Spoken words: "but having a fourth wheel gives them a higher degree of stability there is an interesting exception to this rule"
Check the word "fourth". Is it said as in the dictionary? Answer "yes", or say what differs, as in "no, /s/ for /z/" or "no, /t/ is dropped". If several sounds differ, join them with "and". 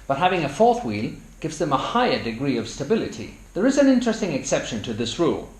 yes